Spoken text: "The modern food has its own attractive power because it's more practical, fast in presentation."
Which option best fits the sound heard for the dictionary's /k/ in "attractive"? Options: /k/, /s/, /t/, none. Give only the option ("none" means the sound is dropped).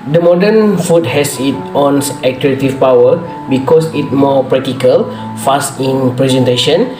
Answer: none